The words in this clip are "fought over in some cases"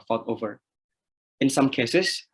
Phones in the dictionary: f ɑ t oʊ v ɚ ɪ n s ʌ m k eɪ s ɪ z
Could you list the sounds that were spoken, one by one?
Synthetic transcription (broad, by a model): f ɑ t oʊ v ɚ ɪ n s ʌ m k eɪ s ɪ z